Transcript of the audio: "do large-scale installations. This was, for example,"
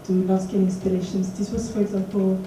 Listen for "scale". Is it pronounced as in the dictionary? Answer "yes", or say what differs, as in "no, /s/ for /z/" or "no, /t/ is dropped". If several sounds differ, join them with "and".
no, /n/ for /l/